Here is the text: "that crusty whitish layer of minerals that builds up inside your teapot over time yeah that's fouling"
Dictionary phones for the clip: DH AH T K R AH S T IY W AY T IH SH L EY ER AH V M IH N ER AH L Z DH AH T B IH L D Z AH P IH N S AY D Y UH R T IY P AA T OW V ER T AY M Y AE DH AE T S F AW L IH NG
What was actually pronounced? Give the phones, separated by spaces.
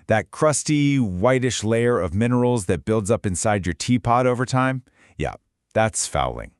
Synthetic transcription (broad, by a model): DH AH T K R AH S T IY W AY T IH SH L EY ER AH V M IH N ER L Z DH AH T B IH L D Z AH P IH N S AY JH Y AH R T IY P AA T OW V ER T AY M Y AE DH AE T S F AW L IH NG